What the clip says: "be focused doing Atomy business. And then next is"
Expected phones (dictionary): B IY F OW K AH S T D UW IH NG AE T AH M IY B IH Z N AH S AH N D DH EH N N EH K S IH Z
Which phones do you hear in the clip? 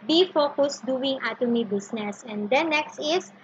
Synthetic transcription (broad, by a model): B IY F OW K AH S D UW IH NG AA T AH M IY B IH S N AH S AH N D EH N N EH K S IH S